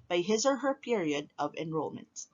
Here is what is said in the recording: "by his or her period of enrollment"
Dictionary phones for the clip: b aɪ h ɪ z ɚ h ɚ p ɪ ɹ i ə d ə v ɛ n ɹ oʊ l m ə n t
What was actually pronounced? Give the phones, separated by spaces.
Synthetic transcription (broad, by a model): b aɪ h ɪ z ɚ h ɚ p ɪ ɹ i ə d ə v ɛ n ɹ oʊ l m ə n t